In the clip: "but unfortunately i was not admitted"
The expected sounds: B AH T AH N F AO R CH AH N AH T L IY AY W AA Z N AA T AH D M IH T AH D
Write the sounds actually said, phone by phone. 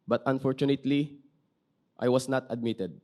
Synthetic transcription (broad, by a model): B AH T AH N F AO R CH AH N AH T L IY AY W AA S N AA T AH D M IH T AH D